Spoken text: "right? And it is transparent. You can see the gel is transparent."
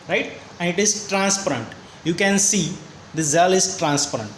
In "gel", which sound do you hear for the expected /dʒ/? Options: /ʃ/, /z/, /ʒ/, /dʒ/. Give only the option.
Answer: /z/